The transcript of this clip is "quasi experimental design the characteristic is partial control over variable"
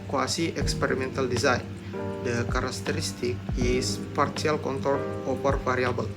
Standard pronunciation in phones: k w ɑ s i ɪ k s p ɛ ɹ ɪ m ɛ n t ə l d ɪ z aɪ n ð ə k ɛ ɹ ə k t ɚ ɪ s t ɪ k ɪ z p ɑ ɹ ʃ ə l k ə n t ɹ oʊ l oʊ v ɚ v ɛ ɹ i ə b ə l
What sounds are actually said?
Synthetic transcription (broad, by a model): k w ɑ s i ɪ k s p ɛ ɹ ɪ m ɛ n t ə l d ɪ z aɪ n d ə k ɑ ɹ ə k t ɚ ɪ s t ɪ k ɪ s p ɑ ɹ s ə l k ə n t oʊ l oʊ p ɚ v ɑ ɹ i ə b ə l